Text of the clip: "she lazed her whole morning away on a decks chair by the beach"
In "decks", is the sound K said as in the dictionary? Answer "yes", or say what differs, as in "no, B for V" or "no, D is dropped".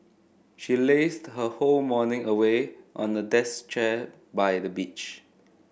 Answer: no, K is dropped